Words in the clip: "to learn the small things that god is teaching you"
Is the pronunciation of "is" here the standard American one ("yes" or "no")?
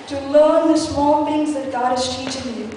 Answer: no